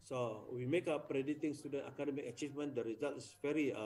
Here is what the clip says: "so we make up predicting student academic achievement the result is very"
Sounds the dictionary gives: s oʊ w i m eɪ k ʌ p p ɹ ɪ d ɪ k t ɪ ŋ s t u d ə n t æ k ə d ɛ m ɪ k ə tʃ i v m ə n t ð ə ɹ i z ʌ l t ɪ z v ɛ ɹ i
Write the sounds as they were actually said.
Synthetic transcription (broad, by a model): s oʊ w i m eɪ k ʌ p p ɹ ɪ d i t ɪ ŋ s t u d ə n t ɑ k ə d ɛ m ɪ k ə tʃ i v m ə n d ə ɹ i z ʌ l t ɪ s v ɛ ɹ i